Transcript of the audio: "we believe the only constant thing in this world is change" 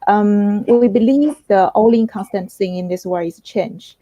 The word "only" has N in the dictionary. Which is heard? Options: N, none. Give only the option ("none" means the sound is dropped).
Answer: none